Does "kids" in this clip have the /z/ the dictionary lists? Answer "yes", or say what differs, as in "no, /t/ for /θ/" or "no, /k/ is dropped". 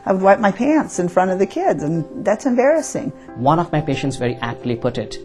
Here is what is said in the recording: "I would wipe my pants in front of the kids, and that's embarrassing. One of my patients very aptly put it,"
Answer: yes